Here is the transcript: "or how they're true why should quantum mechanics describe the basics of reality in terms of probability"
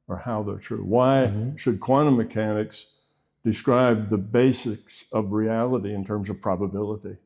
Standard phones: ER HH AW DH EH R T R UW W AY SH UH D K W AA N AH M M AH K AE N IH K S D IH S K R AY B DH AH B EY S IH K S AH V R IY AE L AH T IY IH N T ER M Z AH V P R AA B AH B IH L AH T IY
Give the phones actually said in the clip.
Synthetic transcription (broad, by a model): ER HH AW DH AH R T R UW W AY SH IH D K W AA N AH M M AH K AE N IH K S D IH S K R AY B DH AH B EY S IH K S AH V R IY AE L AH T IY IH N T ER M Z AH V P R AA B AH B IH L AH T IY